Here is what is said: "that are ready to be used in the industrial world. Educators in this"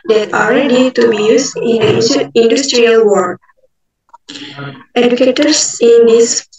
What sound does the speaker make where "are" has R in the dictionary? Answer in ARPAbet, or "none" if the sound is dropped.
L